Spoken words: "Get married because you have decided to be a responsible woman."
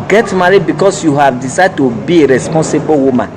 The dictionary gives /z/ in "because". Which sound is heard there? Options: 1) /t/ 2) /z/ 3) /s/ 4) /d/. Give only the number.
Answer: 3